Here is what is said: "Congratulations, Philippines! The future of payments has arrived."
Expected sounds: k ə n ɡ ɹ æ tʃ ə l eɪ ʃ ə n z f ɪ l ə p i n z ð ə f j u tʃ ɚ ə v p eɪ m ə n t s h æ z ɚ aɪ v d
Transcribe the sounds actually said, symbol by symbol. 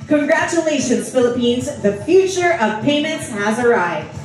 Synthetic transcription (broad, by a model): k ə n ɡ ɹ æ tʃ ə l eɪ ʃ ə n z f ɪ l ə p i n z ð ə f j u tʃ ɚ ə v p eɪ m ə n t s h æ z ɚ aɪ v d